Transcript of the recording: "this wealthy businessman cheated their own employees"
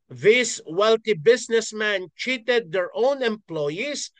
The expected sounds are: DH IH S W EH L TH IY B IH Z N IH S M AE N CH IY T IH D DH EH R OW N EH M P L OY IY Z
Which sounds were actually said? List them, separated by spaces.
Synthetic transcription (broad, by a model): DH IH S W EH L T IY B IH S N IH S M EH N CH IY T IH D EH R OW N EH M P L OY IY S